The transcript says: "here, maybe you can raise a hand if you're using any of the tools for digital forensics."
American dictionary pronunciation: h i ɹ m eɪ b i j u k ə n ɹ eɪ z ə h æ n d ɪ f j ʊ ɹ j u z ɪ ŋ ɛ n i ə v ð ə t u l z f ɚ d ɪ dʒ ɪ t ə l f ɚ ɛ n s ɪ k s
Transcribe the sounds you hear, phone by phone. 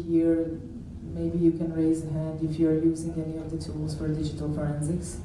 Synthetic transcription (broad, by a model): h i ɹ m eɪ b i j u k ə n ɹ eɪ z ə h æ n d ɪ f j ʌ ɹ j u z ɪ ŋ ɛ n i ə v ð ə t u l z f ɚ d ɪ dʒ ɪ t ə l f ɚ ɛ n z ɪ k s